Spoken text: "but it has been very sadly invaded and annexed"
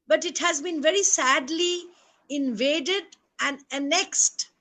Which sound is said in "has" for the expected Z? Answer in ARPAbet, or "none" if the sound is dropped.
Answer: Z